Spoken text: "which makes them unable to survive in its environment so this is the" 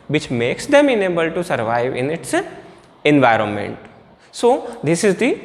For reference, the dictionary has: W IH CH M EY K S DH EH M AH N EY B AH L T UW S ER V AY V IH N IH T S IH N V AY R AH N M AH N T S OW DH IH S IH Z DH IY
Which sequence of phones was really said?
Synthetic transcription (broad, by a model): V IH CH M EY K S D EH M AH N EY B AH L T UW S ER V AY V IH N IH T S IH N V AY R AH N M AH N T S OW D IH S IH Z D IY